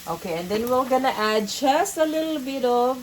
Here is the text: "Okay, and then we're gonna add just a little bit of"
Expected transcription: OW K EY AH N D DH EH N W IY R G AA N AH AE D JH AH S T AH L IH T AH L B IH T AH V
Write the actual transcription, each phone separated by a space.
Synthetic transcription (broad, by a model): OW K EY AH N D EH N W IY L G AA N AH AE D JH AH S AH L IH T L B IH T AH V